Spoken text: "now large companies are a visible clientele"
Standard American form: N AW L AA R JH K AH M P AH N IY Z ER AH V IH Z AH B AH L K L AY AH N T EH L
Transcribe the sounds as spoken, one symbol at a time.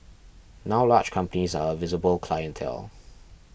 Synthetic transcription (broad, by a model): N AW L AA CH K AH M P AH N IY Z ER AH V IH Z AH B AH L K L AY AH N T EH L